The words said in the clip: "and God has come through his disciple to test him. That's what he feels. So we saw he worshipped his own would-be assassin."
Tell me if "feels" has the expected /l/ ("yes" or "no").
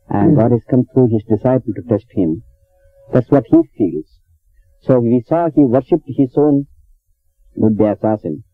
yes